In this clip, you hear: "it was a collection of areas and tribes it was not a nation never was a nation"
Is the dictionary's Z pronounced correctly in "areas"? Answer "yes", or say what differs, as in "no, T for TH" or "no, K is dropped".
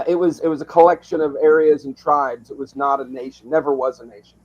yes